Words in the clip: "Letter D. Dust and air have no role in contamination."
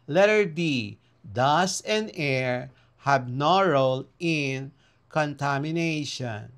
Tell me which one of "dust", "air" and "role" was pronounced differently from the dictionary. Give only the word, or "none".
dust